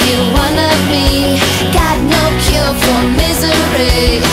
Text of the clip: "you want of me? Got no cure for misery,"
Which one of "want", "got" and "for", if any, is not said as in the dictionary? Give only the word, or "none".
want